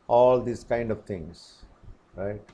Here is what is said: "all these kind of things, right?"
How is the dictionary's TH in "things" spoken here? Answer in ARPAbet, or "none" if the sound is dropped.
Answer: T